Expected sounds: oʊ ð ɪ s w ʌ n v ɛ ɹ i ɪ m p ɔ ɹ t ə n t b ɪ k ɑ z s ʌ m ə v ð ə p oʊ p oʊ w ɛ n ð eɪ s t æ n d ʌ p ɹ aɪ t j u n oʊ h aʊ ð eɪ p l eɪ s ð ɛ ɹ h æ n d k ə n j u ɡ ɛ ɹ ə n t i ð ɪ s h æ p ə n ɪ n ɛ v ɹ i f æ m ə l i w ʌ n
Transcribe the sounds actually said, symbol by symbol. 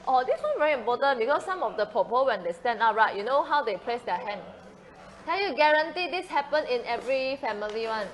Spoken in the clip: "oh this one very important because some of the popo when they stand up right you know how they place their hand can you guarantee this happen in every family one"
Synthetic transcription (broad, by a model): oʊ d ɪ s w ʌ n v ɛ ɹ i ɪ m p ɔ t ə n b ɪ k ɑ s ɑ m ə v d ə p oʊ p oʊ w ɛ n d eɪ s t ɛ n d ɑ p ɹ aɪ t j u n oʊ h aʊ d eɪ p l eɪ s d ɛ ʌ h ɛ n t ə l j u ɡ ɛ ɹ ə n t i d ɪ s h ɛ p ə n ɪ n ɛ v ɹ i f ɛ m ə l i w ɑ n